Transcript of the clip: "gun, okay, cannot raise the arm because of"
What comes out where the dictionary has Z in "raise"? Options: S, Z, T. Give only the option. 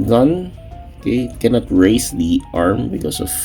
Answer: S